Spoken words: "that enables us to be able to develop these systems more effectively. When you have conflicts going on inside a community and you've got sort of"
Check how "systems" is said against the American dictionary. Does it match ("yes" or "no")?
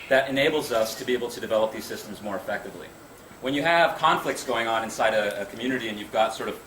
yes